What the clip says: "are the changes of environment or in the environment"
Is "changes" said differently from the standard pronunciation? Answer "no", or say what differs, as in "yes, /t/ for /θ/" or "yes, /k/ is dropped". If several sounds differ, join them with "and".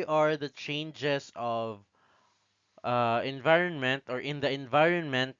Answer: yes, /s/ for /z/